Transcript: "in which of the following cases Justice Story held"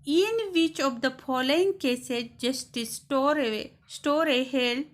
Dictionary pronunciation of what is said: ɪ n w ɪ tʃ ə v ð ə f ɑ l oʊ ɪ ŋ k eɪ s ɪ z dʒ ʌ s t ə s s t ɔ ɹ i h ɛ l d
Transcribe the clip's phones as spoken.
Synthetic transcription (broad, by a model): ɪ n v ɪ tʃ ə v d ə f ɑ l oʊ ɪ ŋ k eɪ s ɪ dʒ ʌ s t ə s s t ɔ ɹ i h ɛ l